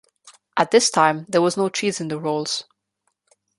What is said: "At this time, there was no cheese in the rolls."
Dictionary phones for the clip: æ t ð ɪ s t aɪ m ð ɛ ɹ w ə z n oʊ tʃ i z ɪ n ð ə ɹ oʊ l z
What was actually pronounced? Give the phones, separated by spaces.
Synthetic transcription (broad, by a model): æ t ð ɪ s t aɪ m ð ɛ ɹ w ə z n oʊ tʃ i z ɪ n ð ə ɹ oʊ l z